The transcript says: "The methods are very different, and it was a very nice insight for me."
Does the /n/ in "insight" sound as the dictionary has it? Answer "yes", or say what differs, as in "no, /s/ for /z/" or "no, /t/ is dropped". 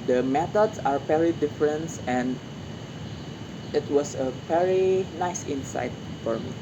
yes